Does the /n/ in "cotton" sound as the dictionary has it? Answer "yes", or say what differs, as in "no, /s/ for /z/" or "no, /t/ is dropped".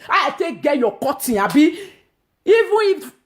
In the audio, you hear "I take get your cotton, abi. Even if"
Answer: no, /n/ is dropped